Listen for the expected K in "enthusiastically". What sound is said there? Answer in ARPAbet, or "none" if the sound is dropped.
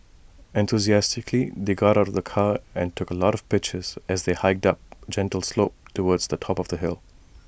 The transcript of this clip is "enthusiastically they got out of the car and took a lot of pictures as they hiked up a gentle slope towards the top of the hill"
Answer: K